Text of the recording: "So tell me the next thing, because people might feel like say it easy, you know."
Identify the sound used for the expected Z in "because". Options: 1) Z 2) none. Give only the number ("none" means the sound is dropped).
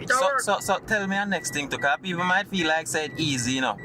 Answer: 2